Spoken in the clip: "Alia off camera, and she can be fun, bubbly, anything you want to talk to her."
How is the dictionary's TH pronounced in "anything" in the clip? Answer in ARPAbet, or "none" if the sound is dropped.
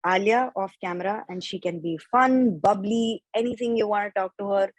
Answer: T